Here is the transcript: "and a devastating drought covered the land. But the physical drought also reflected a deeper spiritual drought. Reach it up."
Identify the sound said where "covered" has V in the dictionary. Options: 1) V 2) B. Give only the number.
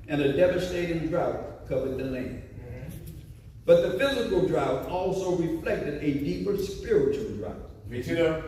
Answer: 1